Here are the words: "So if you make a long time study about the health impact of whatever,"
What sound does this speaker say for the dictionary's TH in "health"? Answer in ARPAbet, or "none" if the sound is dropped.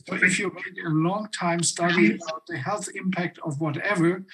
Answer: TH